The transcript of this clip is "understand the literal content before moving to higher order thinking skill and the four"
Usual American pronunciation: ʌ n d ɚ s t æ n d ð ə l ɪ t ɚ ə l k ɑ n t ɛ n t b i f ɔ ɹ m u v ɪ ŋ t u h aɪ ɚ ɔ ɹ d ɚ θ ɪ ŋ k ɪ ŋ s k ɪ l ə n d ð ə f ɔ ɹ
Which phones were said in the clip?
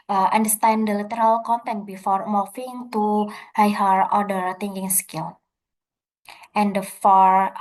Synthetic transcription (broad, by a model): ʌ n d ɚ s t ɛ n d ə l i t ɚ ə l k ɑ n t ɛ n t b i f ɔ ɹ m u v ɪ ŋ t u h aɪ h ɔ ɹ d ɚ t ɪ ŋ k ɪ ŋ s k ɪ l ə n d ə f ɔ ɹ